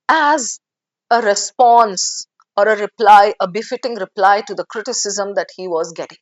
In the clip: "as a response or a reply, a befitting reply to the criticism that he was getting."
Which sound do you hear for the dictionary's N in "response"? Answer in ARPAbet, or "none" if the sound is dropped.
N